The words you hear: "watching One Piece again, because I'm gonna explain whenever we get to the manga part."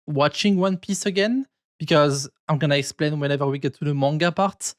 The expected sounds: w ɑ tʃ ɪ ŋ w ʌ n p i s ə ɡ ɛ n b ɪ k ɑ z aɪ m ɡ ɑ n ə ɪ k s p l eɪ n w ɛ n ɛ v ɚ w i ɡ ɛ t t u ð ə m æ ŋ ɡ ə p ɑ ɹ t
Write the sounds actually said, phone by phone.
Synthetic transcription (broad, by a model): w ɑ tʃ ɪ ŋ w ʌ n p i s ə ɡ ɛ n b ɪ k ɑ z aɪ m ɡ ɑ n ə ɪ k s p l eɪ n w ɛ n ɛ v ɚ w i ɡ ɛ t t u ð ə m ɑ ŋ ɡ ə p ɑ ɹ t